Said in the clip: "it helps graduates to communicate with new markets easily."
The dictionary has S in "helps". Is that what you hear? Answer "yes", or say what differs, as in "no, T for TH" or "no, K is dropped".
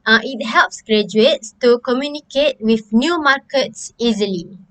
yes